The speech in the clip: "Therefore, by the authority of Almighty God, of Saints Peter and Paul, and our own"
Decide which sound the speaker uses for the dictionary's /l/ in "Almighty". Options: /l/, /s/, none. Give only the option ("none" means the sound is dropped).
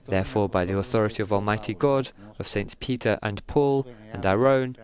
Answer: /l/